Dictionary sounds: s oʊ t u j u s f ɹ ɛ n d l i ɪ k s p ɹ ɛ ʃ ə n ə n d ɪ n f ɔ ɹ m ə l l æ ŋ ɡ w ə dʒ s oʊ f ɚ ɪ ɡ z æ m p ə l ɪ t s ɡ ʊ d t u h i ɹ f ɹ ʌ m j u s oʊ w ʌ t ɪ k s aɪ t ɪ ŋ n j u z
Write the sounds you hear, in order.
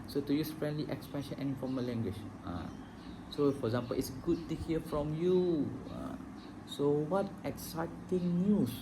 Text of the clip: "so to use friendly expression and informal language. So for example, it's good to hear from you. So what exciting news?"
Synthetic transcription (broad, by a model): s oʊ t u j u s f ɹ ɛ n d l i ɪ k s p ɛ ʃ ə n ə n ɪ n f ɔ m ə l l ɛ ŋ ɡ w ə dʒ s oʊ f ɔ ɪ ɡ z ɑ m p ə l ɪ t s ɡ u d t u h i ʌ f ɹ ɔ m j u s oʊ w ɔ t ɪ k s aɪ t ɪ ŋ n j u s